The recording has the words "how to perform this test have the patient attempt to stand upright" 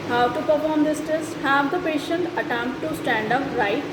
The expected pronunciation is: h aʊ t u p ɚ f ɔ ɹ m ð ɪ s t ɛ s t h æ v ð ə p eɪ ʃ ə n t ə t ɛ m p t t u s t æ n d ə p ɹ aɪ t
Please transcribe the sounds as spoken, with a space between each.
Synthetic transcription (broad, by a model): h aʊ t u p ɚ f ɔ ɹ m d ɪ s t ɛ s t h æ v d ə p eɪ ʃ ə n t ə t ɛ m p t t u s t æ n d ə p ɹ aɪ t